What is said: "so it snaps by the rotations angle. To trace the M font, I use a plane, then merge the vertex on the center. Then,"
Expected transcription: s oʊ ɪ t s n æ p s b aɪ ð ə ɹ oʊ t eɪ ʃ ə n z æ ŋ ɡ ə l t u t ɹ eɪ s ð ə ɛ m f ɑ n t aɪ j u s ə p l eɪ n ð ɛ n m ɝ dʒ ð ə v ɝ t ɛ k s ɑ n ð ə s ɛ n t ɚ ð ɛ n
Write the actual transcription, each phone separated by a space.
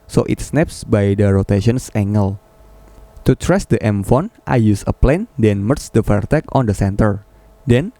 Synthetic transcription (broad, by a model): s oʊ ɪ t s n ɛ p s b aɪ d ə ɹ oʊ t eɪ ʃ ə n s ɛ ŋ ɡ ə l t u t ɹ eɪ s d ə ɛ m f ɑ n t aɪ j u s ə p l eɪ n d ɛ n m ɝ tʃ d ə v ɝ t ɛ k ɑ n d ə s ɛ n t ɚ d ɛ n